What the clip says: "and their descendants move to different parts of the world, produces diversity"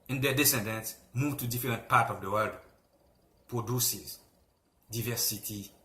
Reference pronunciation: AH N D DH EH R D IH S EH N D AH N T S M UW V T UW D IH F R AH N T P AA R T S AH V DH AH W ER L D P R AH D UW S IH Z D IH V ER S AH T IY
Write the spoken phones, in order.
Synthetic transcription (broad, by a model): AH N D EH D IH S EH N D AH N T S M UW V T UW D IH F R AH N T P AA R T AH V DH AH W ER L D P R AH D UW S IH Z D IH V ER S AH T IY